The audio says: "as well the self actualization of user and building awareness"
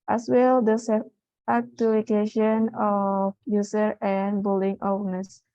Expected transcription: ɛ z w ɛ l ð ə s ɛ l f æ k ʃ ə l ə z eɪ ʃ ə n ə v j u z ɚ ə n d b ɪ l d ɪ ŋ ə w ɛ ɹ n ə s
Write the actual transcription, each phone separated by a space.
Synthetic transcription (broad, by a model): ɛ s w ɛ l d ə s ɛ f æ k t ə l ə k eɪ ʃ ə n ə f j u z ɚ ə n b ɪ l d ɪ ŋ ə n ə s